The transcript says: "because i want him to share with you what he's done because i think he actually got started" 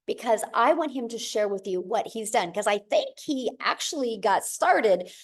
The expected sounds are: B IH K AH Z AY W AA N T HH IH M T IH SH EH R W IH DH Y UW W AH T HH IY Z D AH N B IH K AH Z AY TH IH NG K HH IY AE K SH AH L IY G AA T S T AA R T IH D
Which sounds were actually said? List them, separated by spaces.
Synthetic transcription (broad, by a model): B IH K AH Z AY W AA N T HH IH M T IH SH EH R W IH DH Y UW W AH T HH IY Z D AH N K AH Z AY TH IH NG K HH IY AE K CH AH L IY G AA T S T AA R T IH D